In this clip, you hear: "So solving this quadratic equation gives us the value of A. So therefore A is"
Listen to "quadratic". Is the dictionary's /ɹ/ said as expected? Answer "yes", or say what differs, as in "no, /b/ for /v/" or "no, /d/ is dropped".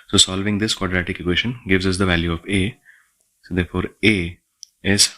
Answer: yes